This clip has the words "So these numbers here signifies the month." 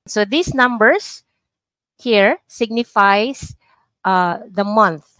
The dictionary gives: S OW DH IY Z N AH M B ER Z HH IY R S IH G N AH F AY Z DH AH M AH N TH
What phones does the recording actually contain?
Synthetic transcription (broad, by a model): S OW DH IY S N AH M B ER S HH IY R S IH G N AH F AY S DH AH M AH N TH